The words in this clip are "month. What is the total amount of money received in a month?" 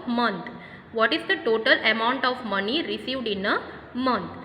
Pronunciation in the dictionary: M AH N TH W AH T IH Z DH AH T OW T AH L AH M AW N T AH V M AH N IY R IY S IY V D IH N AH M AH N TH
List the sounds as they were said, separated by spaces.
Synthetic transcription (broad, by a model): M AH N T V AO T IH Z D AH T OW T AH L AH M AW N T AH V M AH N IY R IY S IY V D IH N AH M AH N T